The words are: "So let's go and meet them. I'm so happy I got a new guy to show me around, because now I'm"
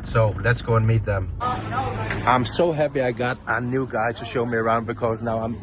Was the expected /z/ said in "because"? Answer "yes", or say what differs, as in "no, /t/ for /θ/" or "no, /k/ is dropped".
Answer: yes